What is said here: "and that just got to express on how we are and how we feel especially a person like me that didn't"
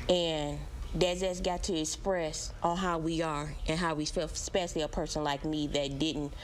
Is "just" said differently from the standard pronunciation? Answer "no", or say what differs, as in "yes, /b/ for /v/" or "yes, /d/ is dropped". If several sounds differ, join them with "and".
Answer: yes, /z/ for /dʒ/